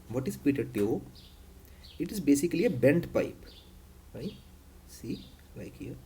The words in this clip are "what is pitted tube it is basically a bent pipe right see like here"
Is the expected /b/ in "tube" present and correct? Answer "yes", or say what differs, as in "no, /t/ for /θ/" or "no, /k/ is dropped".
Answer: no, /b/ is dropped